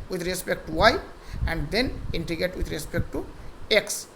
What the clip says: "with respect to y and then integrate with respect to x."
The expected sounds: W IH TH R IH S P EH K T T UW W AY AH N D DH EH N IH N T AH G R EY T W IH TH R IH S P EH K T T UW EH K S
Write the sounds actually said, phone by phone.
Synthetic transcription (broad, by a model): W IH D R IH S P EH K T T UW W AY AH N D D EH N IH N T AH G EY T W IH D R IH S P EH K T T UW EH K S